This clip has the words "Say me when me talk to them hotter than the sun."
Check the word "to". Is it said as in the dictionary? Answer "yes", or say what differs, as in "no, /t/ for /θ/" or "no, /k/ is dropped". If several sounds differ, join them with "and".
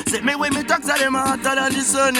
no, /s/ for /t/